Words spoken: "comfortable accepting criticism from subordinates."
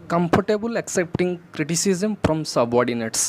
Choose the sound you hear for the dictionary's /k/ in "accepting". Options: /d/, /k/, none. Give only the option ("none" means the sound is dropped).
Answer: /k/